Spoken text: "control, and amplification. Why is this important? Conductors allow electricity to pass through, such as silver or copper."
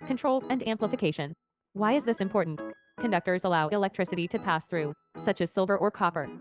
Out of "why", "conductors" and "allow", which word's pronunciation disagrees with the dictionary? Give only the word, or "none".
none